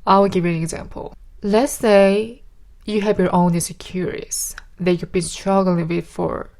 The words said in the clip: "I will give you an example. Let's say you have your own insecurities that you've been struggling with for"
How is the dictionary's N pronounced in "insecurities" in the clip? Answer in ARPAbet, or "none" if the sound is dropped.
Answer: none